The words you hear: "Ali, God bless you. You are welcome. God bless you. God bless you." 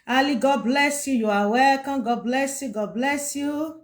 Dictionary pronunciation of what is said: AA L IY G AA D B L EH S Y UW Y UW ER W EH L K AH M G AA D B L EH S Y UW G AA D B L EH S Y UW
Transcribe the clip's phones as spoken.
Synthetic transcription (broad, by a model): AA L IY G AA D B L EH S Y UW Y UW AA W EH K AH G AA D B L EH S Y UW G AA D B L EH S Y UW